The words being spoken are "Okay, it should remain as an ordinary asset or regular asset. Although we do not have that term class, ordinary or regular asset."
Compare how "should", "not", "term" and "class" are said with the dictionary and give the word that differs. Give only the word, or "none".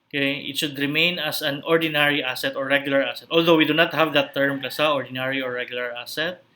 class